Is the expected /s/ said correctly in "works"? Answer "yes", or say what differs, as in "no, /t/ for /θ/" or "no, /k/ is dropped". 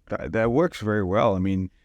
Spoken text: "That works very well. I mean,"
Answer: yes